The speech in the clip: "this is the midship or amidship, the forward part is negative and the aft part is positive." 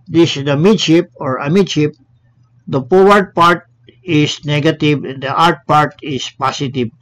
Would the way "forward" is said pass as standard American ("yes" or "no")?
no